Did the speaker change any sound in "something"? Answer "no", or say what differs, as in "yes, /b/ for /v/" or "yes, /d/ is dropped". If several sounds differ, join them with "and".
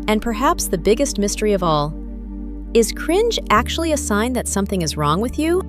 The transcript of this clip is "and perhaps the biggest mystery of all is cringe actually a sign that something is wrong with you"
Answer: no